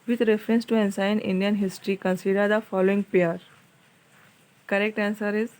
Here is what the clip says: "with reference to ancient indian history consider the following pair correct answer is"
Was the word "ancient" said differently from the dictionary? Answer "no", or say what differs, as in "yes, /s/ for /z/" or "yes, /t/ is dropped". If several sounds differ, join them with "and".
yes, /s/ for /ʃ/